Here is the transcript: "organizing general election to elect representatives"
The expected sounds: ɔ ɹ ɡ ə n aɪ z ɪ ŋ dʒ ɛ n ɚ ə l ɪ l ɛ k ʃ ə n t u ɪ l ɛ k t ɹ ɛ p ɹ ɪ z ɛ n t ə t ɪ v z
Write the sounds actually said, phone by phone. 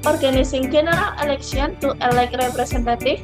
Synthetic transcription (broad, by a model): ɔ ɹ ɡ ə n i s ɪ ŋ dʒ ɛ n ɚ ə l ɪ l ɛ k s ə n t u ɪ l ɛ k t ɹ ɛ p ɹ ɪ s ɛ n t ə t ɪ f